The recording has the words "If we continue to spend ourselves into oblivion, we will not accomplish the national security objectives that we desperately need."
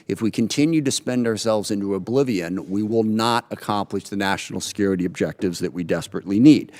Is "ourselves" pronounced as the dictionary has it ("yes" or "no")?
yes